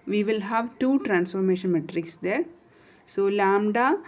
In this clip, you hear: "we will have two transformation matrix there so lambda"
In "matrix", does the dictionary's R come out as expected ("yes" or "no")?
yes